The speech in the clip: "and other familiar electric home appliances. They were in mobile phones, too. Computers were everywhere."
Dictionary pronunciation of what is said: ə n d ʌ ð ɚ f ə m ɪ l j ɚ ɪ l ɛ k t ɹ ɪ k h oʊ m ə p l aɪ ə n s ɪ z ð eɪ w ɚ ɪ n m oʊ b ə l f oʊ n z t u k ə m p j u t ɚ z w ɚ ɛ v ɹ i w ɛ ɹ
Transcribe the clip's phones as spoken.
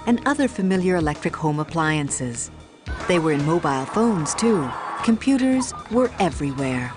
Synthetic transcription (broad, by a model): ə n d ʌ ð ɚ f ə m ɪ l j ɚ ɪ l ɛ k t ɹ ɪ k h oʊ m ə p l aɪ ə n s ɪ z ð eɪ w ɚ ɪ n m oʊ b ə l f oʊ n z t u k ə m p j u t ɚ z w ɚ ɛ v ɹ i w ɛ ɹ